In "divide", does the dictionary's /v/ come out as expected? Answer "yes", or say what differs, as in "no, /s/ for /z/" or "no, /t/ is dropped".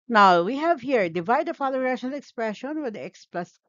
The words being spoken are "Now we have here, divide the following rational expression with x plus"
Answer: yes